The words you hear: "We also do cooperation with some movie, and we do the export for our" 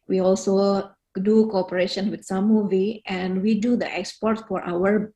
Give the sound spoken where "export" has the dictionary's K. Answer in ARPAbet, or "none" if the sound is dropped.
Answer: K